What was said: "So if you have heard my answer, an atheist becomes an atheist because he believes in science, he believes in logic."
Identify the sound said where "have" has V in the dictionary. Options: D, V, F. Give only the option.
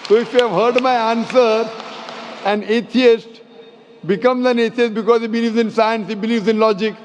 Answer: V